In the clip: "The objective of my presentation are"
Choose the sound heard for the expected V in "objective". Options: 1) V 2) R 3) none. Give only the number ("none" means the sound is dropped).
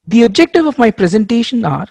1